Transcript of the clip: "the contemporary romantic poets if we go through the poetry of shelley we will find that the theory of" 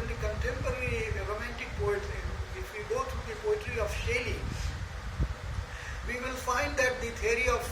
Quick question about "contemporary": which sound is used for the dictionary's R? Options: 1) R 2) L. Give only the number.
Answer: 2